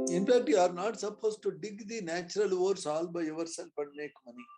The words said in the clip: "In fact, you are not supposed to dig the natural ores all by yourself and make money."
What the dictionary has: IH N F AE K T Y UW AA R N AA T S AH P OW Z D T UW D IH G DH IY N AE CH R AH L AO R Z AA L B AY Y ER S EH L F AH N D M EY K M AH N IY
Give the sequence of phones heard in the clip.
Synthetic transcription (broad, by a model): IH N P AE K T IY AA R N AA T S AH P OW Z T UW D IH G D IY N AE CH R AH L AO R S AA L B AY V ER S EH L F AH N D M EY K M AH N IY